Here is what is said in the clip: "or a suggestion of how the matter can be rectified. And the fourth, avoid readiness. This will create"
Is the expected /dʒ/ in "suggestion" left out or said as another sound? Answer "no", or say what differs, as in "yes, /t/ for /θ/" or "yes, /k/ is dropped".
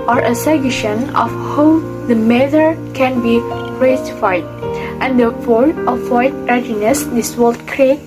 yes, /dʒ/ is dropped